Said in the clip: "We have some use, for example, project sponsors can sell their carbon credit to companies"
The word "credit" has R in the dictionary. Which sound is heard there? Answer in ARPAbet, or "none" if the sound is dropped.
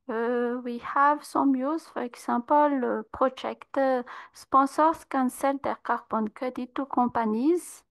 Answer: none